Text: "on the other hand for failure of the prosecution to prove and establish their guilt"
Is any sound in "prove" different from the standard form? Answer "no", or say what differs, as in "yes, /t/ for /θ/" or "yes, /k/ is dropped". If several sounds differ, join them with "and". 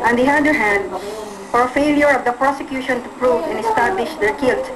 no